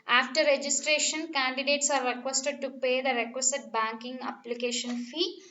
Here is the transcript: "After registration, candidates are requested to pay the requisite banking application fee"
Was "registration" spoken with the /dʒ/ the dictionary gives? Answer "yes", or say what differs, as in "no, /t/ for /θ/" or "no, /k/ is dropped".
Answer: yes